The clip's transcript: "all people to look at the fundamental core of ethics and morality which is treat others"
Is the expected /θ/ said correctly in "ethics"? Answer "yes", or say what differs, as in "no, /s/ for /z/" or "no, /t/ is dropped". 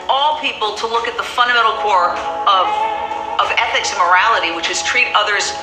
yes